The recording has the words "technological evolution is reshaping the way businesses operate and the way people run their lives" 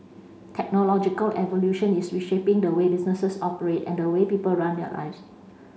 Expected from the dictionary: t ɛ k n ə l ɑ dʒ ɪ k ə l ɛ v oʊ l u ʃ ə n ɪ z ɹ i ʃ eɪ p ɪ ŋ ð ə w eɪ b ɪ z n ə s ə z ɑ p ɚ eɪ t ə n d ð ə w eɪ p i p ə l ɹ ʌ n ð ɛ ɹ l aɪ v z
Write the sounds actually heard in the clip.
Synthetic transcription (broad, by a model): t ɛ k n ə l ɑ dʒ ɪ k ə l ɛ v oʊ l u ʃ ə n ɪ s ɹ i ʃ eɪ p ɪ ŋ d ə w eɪ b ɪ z n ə s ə s ɑ p ɚ eɪ t ə n d ə w eɪ p i p ə l ɹ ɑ n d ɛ l aɪ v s